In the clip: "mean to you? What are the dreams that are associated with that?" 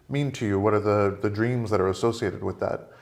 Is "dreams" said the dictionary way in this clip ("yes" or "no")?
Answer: yes